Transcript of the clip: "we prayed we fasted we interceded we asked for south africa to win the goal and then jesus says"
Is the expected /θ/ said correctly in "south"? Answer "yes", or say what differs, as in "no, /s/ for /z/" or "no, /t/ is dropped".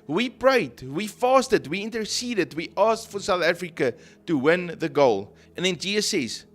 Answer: yes